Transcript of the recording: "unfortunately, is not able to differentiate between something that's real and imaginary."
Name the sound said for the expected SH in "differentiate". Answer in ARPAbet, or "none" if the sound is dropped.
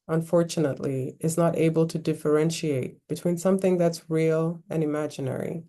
SH